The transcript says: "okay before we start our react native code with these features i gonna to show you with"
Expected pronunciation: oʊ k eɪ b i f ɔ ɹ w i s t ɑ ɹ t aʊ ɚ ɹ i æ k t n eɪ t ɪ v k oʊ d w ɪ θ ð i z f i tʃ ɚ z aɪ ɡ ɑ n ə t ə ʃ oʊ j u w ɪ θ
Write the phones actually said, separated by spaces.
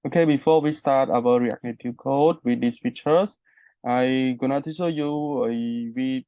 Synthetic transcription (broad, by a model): oʊ k eɪ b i f ɔ w i s t ɑ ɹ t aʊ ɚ ɹ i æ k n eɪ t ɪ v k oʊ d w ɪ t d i s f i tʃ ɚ s aɪ ɡ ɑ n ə t ə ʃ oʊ j u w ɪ